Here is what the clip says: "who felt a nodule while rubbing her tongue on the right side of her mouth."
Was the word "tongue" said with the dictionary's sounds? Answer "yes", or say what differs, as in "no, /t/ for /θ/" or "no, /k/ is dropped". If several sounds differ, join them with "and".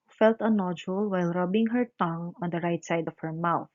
yes